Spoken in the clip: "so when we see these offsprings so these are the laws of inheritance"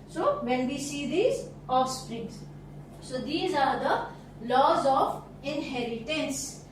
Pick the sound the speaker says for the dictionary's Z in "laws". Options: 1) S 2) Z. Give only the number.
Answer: 2